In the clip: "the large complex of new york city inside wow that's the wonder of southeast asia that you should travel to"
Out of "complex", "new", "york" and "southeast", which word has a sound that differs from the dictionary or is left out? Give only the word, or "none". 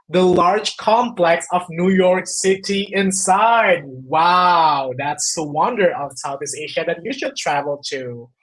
southeast